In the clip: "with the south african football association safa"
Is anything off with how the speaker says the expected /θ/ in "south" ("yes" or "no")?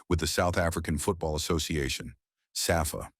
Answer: no